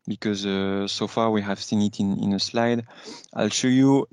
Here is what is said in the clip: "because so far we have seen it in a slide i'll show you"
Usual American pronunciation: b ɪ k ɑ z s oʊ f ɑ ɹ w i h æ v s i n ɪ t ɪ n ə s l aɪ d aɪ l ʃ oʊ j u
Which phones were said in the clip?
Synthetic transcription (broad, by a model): b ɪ k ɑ z s oʊ f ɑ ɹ w i h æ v s i n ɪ t ɪ n ə s l aɪ d aɪ l ʃ oʊ j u